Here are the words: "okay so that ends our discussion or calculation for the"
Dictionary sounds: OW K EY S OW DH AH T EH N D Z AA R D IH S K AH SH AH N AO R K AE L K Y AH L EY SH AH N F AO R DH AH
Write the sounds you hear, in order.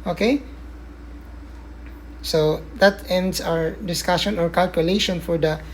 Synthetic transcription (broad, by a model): OW K EY S OW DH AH T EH N D S AA R D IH S K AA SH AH N AO R K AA L K Y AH L EY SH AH N F AO R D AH